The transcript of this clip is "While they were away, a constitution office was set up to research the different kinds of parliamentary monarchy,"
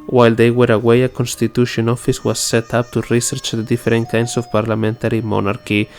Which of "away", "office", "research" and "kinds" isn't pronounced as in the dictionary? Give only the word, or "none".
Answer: kinds